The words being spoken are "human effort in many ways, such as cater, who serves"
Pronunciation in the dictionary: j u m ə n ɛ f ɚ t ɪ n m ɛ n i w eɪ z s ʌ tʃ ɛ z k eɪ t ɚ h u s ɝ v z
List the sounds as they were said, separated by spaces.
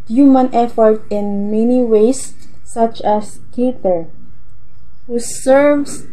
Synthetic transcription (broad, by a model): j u m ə n ɛ f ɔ t ɪ n m ɛ n i w eɪ s ʌ tʃ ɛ s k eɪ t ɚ h u s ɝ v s